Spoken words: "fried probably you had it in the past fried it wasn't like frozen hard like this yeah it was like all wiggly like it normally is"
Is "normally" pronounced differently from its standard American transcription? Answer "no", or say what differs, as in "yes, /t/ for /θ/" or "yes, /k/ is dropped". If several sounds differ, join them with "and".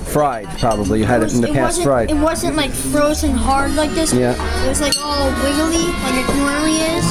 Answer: yes, /m/ is dropped